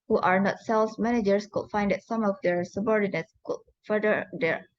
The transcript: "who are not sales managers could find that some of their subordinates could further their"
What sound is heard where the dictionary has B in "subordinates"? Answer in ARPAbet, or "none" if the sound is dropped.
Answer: B